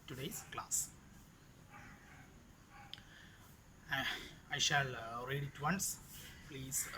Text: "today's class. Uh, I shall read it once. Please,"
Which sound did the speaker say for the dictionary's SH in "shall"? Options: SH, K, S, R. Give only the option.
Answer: SH